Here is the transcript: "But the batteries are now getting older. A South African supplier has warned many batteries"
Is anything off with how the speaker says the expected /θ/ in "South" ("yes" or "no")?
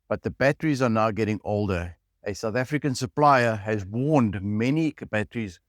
no